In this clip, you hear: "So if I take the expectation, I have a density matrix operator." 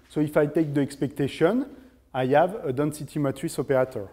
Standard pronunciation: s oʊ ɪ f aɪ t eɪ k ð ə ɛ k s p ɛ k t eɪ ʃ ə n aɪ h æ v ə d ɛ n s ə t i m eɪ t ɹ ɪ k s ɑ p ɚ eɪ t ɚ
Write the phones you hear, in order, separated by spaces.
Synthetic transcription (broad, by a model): s oʊ ɪ f aɪ t eɪ k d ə ɛ k s p ɛ k t eɪ ʃ ə n aɪ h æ v ə d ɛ n s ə t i m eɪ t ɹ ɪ s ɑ p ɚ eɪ t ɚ